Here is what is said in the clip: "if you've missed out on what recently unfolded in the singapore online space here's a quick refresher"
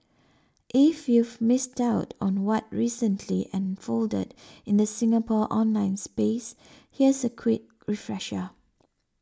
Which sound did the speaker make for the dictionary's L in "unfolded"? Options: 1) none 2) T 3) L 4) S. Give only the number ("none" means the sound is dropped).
3